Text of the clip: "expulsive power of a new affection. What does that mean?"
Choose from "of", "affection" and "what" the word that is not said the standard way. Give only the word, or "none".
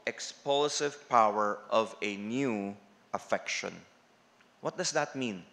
none